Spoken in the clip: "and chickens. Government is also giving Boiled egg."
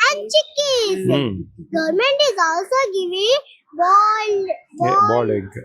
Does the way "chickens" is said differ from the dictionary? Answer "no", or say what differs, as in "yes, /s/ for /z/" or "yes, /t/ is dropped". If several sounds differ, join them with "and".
yes, /n/ is dropped